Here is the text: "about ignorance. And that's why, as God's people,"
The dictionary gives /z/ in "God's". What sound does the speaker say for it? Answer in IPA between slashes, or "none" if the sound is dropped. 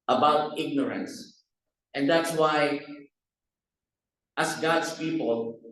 /s/